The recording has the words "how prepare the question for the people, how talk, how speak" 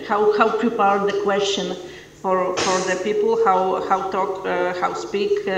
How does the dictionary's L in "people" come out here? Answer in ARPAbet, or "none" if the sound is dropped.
W